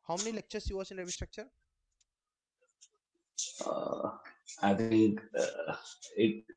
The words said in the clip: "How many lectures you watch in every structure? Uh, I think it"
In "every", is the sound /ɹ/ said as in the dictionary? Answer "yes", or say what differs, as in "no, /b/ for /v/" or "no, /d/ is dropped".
no, /ɹ/ is dropped